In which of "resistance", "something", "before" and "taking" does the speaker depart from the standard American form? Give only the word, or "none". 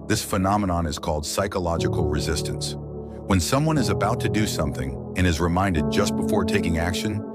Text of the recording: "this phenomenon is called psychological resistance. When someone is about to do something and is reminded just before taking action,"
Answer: none